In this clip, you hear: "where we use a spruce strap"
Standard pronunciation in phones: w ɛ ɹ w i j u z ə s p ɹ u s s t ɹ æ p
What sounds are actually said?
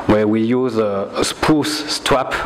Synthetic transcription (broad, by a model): w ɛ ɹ w i j u z ə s p u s s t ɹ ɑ p